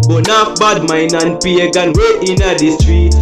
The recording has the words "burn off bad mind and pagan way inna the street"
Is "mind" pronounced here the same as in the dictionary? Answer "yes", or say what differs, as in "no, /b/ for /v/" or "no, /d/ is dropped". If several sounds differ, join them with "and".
no, /d/ is dropped